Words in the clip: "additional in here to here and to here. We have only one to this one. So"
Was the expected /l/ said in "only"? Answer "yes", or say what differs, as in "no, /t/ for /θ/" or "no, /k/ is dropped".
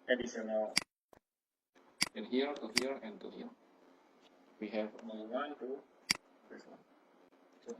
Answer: no, /l/ is dropped